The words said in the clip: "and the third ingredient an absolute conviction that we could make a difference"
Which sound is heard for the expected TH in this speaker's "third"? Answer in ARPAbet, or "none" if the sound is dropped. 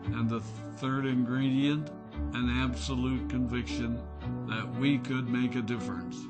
TH